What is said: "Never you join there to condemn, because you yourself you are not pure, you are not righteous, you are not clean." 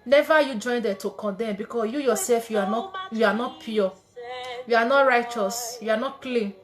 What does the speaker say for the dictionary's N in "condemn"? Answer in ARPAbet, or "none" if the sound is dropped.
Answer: N